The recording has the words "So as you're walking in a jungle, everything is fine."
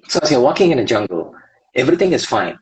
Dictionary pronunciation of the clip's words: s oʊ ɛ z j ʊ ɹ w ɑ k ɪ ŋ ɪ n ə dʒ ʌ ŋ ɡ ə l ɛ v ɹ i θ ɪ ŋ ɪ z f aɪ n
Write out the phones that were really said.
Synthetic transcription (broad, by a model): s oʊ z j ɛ w ɑ k ɪ ŋ ɪ n ə dʒ ʌ ŋ ɡ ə l ɛ v ɹ i θ ɪ ŋ ɪ z f aɪ n